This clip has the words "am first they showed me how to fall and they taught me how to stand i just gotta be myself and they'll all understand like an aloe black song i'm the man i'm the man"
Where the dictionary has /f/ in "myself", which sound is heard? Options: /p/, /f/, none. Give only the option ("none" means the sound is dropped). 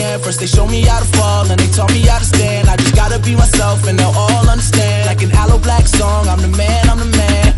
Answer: /f/